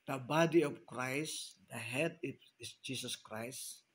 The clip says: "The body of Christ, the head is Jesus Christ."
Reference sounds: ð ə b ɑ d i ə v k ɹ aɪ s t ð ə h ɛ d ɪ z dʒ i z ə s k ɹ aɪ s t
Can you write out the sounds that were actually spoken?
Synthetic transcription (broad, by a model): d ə b ɑ d i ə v k ɹ aɪ s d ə h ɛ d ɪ s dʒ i s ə s k ɹ aɪ s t